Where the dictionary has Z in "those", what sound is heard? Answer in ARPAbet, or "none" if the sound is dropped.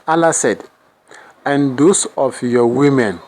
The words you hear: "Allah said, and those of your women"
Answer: S